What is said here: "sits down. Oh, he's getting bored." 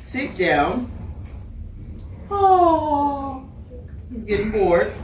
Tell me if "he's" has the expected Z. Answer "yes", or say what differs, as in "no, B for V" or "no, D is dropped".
yes